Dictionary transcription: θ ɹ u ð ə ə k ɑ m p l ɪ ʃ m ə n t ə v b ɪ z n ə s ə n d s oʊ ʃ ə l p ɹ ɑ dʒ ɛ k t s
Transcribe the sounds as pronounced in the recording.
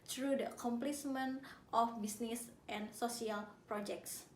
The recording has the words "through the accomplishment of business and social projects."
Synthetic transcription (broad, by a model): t ɹ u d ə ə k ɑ m p l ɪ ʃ m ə n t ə f b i s n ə s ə n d s oʊ s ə l p ɹ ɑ dʒ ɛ k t s